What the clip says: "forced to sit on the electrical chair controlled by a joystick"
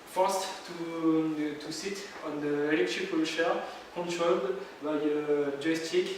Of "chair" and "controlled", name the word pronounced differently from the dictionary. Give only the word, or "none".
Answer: chair